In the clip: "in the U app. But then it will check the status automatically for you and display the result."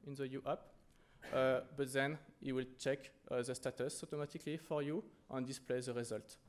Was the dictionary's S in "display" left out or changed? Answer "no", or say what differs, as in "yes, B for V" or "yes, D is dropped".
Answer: no